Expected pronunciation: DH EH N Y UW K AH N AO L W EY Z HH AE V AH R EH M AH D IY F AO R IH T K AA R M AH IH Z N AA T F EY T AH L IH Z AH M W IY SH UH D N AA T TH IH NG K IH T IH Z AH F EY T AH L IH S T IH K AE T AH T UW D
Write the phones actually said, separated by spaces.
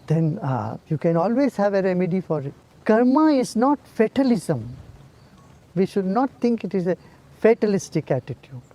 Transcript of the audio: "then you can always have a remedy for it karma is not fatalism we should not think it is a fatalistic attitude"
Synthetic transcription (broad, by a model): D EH N Y UW K AH N AO L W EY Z HH AE V AH R EH M AH D IY F AO R IH T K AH R M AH IH Z N AA T F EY T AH L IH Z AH M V IY SH UH D N AA T T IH NG K IH T IH Z AH F EY T AH L IH S T IH K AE T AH T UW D